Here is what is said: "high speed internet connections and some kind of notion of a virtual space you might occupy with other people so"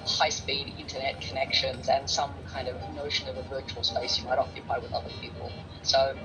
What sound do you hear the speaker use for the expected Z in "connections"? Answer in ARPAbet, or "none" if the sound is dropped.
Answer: Z